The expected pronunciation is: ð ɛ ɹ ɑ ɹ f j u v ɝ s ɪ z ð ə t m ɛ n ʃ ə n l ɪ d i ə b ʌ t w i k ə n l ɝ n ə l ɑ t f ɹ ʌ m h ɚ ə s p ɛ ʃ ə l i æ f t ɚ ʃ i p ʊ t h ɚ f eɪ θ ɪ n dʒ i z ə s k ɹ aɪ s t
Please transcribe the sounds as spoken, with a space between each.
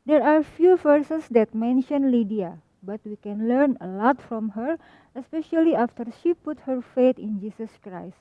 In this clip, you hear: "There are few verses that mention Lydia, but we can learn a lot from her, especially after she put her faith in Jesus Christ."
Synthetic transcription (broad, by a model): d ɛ ɹ ɑ ɹ f j u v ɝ s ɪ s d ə t m ɛ n ʃ ə n l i d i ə b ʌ t w i k ə n l ɝ n ə l ɑ t f ɹ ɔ m h ɚ ə s p ɛ ʃ ə l i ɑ f t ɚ ʃ i p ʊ t h ɚ f eɪ t ɪ n dʒ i s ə s k ɹ aɪ s t